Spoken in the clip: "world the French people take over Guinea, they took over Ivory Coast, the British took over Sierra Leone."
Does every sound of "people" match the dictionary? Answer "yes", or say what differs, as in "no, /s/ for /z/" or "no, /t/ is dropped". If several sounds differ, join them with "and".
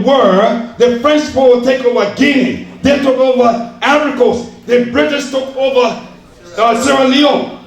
no, /w/ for /l/